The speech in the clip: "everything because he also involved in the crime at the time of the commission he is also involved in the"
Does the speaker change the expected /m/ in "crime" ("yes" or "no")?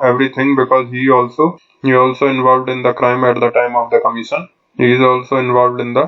no